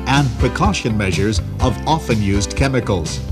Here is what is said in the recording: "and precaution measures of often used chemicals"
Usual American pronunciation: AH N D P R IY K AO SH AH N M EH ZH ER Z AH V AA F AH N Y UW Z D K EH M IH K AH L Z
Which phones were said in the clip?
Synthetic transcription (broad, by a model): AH N P R IY K AO SH AH N M EH ZH ER Z AH V AA F AH N Y UW Z K EH M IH K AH L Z